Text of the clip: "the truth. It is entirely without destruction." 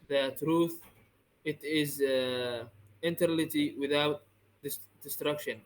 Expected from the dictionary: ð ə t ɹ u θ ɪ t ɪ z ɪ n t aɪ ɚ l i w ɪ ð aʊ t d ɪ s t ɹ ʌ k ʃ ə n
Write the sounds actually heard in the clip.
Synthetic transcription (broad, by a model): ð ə t ɹ u θ ɪ t ɪ z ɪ n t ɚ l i w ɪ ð aʊ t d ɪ s t ɹ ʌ k ʃ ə n